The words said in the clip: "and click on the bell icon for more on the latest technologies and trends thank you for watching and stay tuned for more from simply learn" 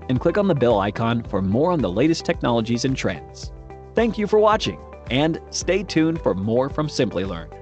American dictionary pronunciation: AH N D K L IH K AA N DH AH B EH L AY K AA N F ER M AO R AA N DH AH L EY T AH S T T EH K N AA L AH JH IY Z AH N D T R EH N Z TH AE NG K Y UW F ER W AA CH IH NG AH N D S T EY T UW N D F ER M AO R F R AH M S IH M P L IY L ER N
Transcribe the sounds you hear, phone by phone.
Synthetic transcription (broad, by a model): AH N K L IH K N DH AH B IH L AY K AA N F ER M AO R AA N DH AH L EY T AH S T T EH K N AA L AH JH IY Z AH N T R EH N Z TH AE NG K Y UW F ER W AA CH IH NG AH N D S T EY T UW N F ER M AO R F R AH M S IH M P L IY L ER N